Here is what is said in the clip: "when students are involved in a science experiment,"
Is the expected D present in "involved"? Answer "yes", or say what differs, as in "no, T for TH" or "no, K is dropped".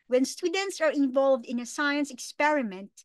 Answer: yes